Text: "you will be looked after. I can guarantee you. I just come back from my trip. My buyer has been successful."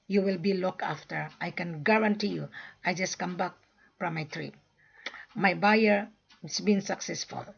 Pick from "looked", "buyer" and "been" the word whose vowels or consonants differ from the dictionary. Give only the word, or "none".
looked